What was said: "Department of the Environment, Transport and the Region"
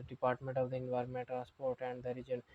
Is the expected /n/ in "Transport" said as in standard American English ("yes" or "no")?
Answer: no